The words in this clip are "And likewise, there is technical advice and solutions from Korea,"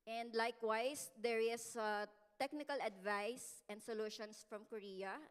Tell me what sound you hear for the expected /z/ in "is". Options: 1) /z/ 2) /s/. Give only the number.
2